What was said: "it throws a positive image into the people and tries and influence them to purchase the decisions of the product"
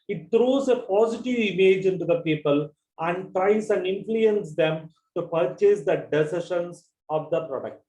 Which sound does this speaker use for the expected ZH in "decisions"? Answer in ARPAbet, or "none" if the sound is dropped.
SH